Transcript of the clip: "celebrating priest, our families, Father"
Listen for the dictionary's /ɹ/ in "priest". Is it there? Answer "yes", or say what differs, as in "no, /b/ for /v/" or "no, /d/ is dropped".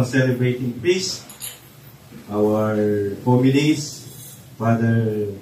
no, /ɹ/ is dropped